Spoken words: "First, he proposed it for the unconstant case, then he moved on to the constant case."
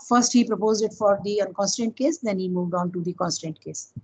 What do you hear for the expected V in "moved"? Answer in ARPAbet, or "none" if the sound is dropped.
V